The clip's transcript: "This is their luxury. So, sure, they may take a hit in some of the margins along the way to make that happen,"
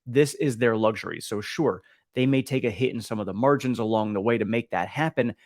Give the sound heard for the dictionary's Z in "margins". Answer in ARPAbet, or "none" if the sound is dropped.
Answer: Z